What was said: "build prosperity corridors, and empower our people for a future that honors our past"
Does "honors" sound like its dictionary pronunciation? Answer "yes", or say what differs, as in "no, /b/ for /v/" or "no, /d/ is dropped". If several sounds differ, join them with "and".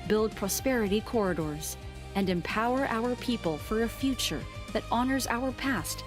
yes